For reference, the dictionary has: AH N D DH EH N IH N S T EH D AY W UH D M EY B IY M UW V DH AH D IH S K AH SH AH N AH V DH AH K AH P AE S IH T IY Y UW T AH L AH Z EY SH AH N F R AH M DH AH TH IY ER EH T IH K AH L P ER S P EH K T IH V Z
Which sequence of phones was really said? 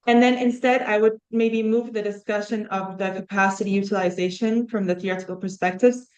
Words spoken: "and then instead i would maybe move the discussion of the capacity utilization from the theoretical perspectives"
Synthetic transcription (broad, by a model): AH N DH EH N IH N S T EH D AY W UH D M EY B IY M UW V DH AH D IH S K AH SH AH N AH V DH AH K AH P AE S IH T IY Y UW T AH L AH Z EY SH AH N F R AH M DH AH TH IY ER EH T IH K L P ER S P EH K T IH V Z